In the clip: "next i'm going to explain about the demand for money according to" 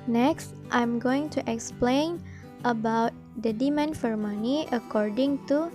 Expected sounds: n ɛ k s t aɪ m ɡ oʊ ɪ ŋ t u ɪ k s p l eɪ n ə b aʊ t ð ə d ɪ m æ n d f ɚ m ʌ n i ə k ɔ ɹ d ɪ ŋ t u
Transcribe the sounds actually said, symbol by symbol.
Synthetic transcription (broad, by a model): n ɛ k s t aɪ m ɡ oʊ ɪ ŋ t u ɪ k s p l eɪ n ə b aʊ t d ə d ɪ m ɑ n f ɚ m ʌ n i ə k ɔ ɹ d ɪ ŋ t u